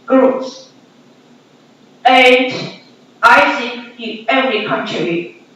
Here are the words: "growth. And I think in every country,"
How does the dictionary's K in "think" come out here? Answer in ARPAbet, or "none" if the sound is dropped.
none